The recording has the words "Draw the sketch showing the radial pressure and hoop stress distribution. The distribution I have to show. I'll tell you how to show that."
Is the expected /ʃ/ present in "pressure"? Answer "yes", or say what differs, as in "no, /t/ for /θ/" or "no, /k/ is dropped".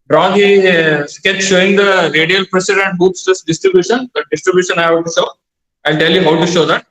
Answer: no, /s/ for /ʃ/